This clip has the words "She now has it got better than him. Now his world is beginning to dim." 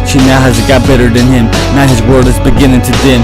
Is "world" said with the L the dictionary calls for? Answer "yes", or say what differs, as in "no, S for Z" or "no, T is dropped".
no, L is dropped